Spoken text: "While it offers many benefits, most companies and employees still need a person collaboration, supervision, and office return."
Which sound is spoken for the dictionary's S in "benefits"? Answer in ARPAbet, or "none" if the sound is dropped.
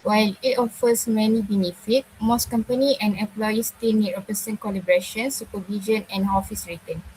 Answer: none